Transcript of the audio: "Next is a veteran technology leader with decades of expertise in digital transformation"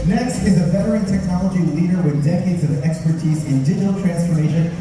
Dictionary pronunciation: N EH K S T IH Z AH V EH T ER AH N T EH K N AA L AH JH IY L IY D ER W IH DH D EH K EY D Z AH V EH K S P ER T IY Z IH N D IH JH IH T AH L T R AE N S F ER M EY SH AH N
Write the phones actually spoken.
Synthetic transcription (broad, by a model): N EH K S T IH Z AH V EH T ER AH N T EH K N AA L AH JH IY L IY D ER W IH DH D EH K EY D Z AH V EH K S P ER T IY Z IH N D IH JH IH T L T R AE N S F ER M EY SH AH N